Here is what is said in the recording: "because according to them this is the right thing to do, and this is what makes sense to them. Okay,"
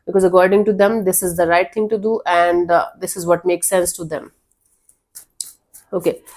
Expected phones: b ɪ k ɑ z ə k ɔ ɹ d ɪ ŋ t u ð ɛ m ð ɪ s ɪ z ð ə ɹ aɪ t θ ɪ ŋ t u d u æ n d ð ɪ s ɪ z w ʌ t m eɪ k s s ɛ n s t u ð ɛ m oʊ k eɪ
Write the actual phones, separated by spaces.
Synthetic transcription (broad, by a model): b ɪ k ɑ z ə k ɔ ɹ d ɪ ŋ t u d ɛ m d ɪ s ɪ z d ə ɹ aɪ t t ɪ ŋ t u d u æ n d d ɪ s ɪ z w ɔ t m eɪ k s s ɛ n s t u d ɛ m oʊ k eɪ